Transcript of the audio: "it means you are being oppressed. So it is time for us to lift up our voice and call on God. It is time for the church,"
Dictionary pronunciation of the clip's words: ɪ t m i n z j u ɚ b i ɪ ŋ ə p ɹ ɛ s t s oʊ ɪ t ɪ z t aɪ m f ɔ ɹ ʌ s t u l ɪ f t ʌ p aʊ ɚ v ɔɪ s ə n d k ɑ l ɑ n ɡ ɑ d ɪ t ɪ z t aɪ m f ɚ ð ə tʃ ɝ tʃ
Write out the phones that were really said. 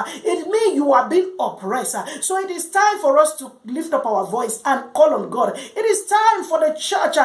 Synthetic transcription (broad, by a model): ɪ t m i n j u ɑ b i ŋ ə p ɹ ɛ s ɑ s oʊ ɪ t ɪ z t aɪ m f ɔ ɹ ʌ s t u l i f t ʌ p aʊ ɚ v ɔɪ s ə n k ɑ l ɑ n ɡ ɑ d ɪ t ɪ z t aɪ m f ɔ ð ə tʃ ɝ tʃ